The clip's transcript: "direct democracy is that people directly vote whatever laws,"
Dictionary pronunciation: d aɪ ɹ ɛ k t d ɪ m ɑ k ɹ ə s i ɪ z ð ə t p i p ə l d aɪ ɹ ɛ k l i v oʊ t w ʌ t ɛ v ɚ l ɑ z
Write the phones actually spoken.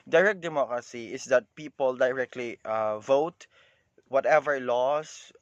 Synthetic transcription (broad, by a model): d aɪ ɹ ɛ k d ɪ m ɑ k ɹ ə s i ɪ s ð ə t p i p ə l d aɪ ɹ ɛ k l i v oʊ t w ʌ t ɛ v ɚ l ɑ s